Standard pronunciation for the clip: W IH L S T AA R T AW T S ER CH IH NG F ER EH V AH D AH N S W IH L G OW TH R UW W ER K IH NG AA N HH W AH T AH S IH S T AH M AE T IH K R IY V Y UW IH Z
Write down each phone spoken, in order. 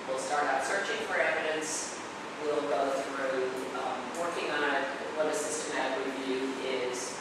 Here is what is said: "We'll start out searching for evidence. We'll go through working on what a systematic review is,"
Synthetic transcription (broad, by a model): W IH L S T AA R T AW T S ER CH IH NG F ER EH V AH D AH N S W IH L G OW TH R UW W ER K IH NG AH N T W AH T AH S IH S T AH M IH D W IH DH Y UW IH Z